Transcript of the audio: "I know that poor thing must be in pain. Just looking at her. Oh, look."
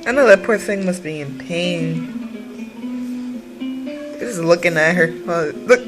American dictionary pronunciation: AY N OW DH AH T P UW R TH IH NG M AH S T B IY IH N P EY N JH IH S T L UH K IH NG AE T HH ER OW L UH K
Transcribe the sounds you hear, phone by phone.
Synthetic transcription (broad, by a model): AY N OW DH AH T P UW R TH IH NG M AH S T B IY IH N P EY N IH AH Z L UH K IH NG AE T HH ER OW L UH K